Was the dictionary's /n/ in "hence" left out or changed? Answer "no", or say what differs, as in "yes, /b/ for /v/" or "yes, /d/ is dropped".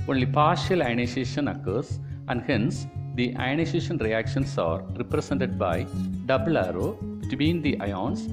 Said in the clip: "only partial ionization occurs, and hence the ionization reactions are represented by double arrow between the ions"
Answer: no